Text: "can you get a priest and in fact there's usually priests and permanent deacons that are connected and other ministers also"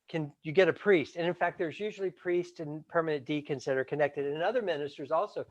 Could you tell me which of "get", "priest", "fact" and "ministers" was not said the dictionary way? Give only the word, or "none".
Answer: none